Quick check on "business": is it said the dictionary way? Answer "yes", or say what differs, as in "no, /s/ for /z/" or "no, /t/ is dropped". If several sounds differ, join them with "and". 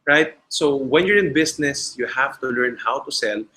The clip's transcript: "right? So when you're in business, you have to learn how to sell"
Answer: no, /s/ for /z/